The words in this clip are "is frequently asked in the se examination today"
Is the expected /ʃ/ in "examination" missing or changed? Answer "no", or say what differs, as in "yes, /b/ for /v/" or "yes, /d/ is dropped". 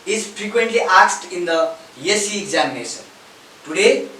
yes, /s/ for /ʃ/